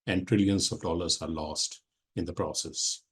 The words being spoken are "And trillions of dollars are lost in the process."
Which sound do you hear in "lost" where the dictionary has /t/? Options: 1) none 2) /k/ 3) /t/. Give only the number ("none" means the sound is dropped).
3